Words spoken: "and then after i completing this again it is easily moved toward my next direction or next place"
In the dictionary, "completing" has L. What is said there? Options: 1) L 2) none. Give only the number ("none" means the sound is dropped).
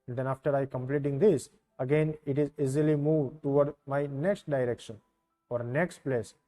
1